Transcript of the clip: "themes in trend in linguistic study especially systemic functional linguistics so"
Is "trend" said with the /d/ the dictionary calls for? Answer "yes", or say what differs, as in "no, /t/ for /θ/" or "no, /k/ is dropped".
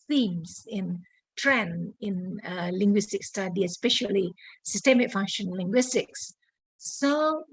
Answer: no, /d/ is dropped